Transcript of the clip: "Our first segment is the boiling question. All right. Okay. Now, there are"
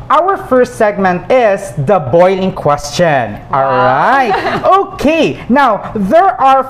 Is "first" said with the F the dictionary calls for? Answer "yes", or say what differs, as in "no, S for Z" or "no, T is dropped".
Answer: yes